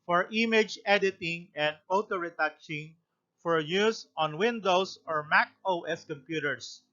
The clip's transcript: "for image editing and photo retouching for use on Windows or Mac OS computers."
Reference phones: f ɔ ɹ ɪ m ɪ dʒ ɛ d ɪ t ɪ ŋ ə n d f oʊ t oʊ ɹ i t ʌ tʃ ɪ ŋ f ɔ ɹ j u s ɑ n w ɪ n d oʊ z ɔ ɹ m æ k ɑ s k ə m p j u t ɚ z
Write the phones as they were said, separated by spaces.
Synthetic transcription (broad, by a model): f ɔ ɹ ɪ m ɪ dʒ ɛ d ɪ t ɪ ŋ ə n d f oʊ t oʊ ɹ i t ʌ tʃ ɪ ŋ f ɔ ɹ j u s ɑ n w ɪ n d oʊ s ɔ ɹ m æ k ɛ s k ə m p j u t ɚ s